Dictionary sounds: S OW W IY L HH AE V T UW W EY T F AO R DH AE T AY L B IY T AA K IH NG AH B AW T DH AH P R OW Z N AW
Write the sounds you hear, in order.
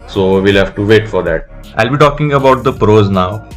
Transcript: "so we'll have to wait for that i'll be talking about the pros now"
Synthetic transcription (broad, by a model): S OW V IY L HH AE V T UW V EY T F AO R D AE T AY L B IY T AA K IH NG AH B AW T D AH P R OW Z N AW